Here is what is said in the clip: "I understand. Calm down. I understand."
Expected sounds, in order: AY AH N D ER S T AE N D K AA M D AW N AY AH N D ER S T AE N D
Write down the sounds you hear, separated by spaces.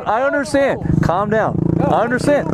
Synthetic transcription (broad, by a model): AY AH N D ER S T AE N D K AA M D AW N AY AH N D ER S T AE N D